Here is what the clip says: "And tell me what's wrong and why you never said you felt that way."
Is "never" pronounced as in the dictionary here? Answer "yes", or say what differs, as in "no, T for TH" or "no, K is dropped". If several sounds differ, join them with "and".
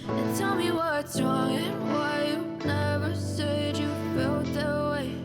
yes